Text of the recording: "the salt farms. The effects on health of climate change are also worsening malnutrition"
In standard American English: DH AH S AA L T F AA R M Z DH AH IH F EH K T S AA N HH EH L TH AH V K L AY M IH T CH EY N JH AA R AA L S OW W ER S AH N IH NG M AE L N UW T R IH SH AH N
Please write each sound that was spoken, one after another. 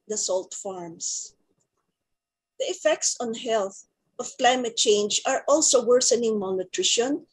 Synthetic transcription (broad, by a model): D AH S AA L T F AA R M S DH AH IH F EH K T S AA N HH EH L TH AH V K L AY M IH T CH EY N JH AA R AA L S OW W ER S AH N IH NG M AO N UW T R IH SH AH N